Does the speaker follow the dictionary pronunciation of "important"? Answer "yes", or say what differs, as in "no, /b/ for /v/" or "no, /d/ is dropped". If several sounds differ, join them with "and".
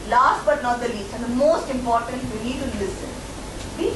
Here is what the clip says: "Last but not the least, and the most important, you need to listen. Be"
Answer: yes